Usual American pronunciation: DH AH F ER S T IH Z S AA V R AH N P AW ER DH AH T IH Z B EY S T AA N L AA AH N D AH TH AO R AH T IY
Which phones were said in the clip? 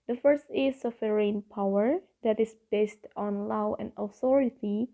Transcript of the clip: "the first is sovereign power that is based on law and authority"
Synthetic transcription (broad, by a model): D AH F ER S T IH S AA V R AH N P AW ER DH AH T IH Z B EY S T AA N L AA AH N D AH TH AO R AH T IY